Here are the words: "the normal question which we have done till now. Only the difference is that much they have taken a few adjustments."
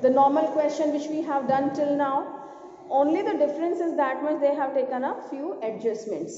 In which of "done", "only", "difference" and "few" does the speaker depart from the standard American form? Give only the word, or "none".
none